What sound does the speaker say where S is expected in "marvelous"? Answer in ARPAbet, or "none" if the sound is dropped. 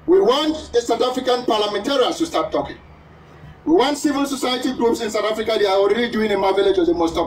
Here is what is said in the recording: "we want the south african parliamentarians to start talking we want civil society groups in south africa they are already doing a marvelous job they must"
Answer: none